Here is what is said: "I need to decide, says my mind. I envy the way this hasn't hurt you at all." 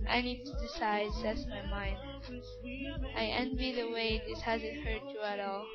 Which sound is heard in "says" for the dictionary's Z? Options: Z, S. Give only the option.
S